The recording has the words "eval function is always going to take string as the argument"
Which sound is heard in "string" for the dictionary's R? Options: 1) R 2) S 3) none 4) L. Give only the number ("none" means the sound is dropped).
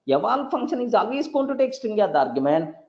3